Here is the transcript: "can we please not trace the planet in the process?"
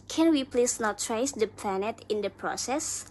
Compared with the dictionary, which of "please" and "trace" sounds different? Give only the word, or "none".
please